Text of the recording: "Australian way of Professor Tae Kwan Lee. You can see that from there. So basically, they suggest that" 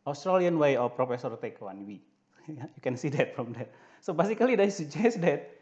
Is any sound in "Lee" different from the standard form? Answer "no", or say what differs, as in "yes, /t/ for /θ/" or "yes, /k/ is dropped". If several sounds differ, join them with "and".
yes, /w/ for /l/